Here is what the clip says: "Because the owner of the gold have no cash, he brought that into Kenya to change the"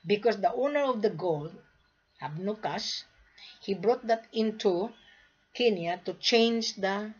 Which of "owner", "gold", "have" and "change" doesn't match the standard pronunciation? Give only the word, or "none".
have